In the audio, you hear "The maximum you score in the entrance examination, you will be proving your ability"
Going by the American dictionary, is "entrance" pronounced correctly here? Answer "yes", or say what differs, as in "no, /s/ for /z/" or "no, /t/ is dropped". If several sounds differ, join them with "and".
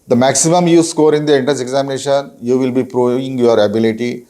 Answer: no, /ɹ/ is dropped